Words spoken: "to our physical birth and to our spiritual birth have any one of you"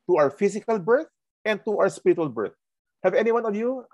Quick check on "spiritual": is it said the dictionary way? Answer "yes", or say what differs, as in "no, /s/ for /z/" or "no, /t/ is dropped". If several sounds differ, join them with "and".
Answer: yes